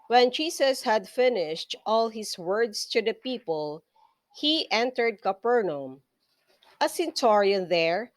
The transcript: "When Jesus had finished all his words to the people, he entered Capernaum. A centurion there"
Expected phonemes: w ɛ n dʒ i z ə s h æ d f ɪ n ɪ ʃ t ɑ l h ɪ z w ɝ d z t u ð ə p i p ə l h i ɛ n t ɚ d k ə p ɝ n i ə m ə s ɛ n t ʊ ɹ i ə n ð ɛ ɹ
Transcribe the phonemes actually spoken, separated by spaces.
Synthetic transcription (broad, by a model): w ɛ n dʒ i s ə s h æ d f ɪ n ɪ ʃ t ɑ l h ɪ s w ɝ d s t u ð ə p i p ə l h i ɛ n t ɚ d k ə p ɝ n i m ə s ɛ n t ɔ ɹ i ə n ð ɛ ɹ